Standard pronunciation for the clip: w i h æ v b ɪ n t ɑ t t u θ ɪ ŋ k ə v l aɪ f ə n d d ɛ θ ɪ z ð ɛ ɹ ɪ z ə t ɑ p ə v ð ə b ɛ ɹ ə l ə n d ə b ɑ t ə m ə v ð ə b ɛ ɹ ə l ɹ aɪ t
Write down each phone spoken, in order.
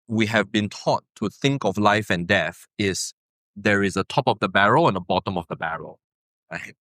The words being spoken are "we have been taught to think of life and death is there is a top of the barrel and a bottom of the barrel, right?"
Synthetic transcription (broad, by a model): w i h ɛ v b ɪ n t ɑ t t u θ ɪ ŋ k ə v l aɪ f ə n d d ɛ θ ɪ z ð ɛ ɹ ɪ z ə t ɑ p ə v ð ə b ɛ ɹ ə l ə n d ə b ɑ t ə m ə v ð ə b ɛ ɹ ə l ɹ aɪ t